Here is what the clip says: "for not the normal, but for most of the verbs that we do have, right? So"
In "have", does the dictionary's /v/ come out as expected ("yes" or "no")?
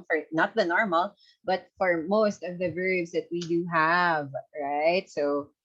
yes